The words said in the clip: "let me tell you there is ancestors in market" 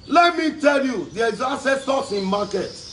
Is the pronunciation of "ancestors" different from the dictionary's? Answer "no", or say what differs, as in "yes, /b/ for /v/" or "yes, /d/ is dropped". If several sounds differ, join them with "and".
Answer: yes, /s/ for /z/